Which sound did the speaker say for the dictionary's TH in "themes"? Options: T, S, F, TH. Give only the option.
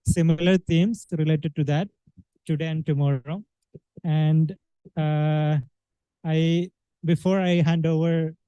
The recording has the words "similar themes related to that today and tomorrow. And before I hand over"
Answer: T